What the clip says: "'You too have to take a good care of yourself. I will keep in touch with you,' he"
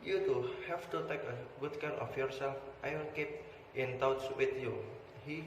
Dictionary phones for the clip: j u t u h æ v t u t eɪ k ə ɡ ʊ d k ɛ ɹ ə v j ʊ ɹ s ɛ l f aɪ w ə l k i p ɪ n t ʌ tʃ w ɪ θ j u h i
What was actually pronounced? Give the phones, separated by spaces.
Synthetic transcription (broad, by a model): j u t u h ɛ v t u t eɪ k ə ɡ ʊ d k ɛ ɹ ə f j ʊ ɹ s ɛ l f aɪ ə n k i p ɪ n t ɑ s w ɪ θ j u h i